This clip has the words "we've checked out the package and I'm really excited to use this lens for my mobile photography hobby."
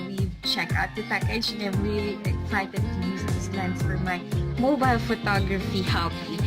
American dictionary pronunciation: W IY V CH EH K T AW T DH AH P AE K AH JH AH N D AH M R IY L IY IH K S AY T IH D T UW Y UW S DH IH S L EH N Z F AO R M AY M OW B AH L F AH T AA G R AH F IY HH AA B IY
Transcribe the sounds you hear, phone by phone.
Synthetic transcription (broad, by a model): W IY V CH EH K AW T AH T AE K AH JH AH AH M R IY L IY IH K S AY T IH D T UW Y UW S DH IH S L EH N S F AO R M AY M OW B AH L F AH T AA G R AH F IY HH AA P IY